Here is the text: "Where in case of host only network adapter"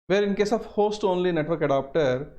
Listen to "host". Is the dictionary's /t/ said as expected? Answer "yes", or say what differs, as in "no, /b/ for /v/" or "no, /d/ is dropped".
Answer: yes